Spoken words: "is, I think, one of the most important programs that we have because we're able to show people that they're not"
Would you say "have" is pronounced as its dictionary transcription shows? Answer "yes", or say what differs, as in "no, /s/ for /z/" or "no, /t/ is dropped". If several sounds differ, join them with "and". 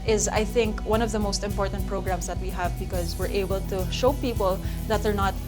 yes